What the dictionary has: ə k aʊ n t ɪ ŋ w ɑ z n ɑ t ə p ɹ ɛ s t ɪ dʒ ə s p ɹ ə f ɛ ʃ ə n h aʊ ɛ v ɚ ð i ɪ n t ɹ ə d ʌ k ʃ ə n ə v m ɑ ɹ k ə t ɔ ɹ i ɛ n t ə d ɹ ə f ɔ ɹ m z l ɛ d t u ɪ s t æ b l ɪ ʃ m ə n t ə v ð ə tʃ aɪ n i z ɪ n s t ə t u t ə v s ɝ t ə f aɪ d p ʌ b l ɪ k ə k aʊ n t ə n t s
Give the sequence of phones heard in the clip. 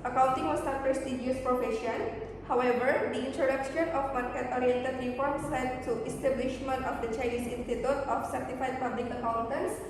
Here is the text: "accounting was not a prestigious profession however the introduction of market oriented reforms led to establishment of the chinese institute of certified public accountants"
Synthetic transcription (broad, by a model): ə k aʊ n t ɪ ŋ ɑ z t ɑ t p ɹ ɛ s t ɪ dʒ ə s p ɹ ə f ɛ ʃ ə n h aʊ ɛ v ɚ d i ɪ n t ɹ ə d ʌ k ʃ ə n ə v m ɑ ɹ k ə t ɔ ɹ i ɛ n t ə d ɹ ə p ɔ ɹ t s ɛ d t u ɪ s t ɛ b l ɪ ʃ m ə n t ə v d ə tʃ aɪ n i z ɪ n s t ə t u t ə f s ɝ t ə f aɪ d p ʌ b l ɪ k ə k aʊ n t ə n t s